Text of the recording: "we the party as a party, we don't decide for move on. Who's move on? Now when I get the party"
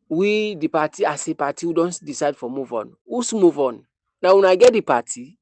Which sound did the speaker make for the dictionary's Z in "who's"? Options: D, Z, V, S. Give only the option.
S